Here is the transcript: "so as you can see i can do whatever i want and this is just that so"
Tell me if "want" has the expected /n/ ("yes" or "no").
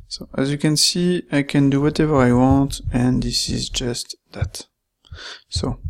yes